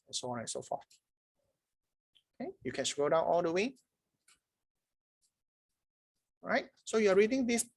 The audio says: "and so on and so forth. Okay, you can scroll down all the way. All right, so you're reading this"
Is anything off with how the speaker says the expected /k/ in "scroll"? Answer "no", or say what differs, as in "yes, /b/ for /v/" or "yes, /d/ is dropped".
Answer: yes, /k/ is dropped